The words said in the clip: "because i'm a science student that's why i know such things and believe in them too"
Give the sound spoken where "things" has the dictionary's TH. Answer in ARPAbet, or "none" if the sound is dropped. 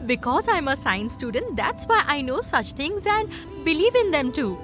T